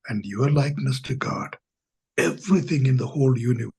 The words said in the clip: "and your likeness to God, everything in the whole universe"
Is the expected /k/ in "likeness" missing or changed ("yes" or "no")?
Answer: no